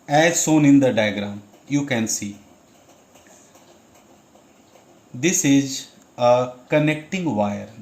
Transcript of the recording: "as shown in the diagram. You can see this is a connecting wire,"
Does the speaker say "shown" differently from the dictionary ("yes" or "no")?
yes